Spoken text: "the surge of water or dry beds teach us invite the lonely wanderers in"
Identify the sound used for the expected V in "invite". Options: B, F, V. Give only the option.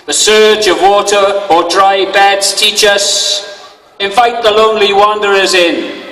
F